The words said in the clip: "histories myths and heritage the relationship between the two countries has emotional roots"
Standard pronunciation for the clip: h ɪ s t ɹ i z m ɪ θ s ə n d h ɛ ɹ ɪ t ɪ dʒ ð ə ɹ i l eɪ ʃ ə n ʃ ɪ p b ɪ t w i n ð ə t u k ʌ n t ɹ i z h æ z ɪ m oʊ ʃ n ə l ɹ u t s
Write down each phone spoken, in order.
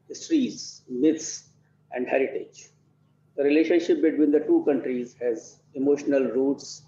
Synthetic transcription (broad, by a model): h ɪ s t ɹ i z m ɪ t s ə n d h ɛ ɹ ɪ t ɪ dʒ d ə ɹ i l eɪ ʃ ə n ʃ ɪ p b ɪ t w i n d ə t u k ʌ n t ɹ i z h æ z ɪ m oʊ ʃ n ə l ɹ u t s